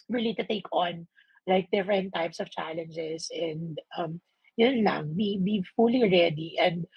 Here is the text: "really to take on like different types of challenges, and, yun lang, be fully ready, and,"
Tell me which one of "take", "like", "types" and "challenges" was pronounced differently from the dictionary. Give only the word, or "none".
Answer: challenges